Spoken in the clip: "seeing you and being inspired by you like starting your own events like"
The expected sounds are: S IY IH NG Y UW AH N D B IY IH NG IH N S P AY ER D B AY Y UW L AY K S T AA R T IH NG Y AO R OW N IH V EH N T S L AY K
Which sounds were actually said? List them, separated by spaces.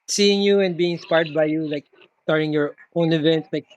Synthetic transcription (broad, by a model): S IY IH NG Y UW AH N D B IY IH NG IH S P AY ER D B AY Y UW L AY K S T AA R T IH NG Y AO R OW N IH V EH N T S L AY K